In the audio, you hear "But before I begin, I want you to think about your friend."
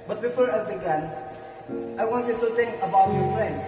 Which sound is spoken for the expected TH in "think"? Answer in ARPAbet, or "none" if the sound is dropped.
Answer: T